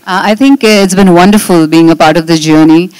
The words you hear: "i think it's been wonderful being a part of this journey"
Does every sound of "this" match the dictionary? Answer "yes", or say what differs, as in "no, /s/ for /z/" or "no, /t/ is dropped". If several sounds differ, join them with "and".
no, /s/ is dropped